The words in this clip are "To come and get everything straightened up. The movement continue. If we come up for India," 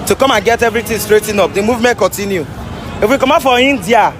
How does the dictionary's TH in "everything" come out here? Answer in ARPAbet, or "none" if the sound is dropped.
T